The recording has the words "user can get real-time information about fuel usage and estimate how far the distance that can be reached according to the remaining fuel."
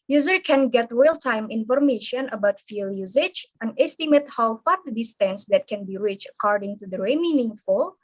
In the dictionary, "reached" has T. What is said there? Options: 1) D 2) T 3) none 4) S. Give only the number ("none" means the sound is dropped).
3